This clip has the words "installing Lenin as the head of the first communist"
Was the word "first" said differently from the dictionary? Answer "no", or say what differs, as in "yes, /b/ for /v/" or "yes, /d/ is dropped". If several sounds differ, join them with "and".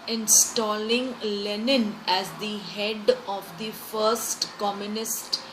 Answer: no